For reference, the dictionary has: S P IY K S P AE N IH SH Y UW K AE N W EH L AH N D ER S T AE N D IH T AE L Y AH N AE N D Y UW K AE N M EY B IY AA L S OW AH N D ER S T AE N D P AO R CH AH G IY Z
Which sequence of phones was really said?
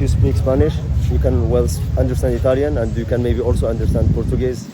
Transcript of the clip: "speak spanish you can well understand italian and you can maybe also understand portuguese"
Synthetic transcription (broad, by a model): S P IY K S P AE N IH SH Y UW K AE N W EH L AH N D ER S T AE N D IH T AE L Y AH N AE N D Y UW K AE N M EY B IY AA L S OW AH N D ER S T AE N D P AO R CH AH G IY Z